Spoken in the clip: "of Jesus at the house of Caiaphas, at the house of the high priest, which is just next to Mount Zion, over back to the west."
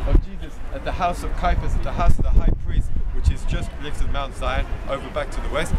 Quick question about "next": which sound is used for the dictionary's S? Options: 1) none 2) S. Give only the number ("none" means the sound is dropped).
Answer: 1